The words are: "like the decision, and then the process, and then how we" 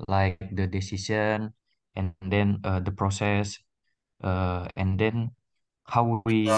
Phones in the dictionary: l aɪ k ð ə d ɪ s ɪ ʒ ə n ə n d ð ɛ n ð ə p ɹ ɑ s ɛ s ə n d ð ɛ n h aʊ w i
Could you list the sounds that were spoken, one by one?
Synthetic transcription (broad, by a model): l aɪ k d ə d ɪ s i s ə n ə n d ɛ n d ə p ɹ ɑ s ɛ s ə n d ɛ n h aʊ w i